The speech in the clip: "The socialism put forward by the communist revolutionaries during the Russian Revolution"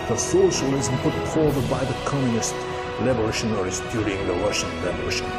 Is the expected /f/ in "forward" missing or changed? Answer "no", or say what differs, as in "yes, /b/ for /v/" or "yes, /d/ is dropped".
yes, /p/ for /f/